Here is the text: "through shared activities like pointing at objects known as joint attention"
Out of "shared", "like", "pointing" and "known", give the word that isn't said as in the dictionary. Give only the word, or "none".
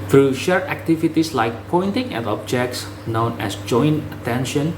shared